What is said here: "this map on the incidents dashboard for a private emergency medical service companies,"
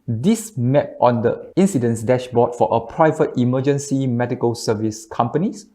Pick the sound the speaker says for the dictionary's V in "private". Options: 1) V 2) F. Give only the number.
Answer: 1